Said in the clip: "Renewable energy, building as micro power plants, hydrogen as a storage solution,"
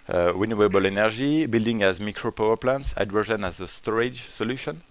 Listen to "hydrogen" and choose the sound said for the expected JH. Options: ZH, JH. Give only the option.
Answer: ZH